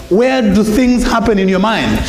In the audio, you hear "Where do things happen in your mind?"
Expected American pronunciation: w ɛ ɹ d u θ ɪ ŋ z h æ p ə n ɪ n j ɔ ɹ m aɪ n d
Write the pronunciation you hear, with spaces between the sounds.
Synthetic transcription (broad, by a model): w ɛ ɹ d u θ ɪ ŋ z h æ p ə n ɪ n j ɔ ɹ m aɪ n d